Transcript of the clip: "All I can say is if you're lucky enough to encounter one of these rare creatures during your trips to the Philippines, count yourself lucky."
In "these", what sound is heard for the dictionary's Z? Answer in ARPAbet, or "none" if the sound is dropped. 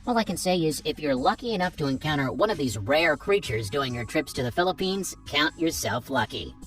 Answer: Z